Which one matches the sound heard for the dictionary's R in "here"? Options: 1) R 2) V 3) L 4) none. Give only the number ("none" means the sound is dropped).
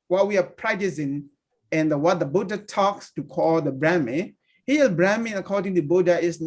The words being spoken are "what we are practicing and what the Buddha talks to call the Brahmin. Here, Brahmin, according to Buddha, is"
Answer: 3